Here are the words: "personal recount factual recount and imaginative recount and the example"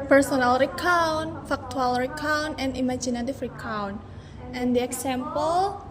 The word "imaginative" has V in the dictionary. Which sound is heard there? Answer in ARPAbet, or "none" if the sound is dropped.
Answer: F